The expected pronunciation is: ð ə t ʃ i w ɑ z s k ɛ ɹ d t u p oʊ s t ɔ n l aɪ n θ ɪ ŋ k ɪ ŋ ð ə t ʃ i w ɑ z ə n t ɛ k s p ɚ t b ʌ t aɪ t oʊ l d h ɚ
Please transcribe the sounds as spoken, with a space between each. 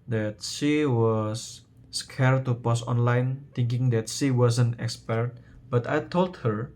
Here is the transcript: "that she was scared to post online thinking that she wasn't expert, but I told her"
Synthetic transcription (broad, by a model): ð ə t ʃ i w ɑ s k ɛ ɹ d t u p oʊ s ɔ n l aɪ n t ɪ ŋ k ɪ ŋ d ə t ʃ i w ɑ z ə n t ɛ k s p ɚ t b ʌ t aɪ t oʊ l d h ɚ